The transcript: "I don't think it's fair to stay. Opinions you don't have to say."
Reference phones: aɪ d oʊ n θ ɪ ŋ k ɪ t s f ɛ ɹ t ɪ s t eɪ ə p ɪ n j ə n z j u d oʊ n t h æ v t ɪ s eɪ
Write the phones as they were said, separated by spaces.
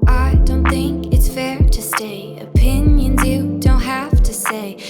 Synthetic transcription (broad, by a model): aɪ d oʊ n θ ɪ ŋ k ɪ t s f ɛ ɹ t ɪ s t eɪ ə p ɪ n j ə n z j u d oʊ n t h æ f t ɪ s eɪ